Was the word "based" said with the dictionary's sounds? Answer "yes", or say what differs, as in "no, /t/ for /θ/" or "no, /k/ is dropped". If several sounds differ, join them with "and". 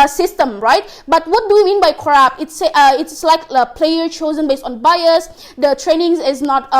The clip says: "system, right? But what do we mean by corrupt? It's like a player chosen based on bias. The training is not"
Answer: yes